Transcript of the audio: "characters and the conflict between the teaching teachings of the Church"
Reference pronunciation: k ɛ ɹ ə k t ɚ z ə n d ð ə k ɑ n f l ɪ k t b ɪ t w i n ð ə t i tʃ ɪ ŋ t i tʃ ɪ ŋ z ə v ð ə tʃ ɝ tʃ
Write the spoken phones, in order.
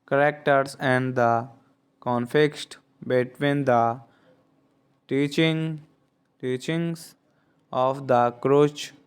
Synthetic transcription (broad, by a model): k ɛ ɹ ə k t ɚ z ə n d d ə k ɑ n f ɪ k t b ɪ t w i n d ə t i tʃ ɪ ŋ t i tʃ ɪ ŋ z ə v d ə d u tʃ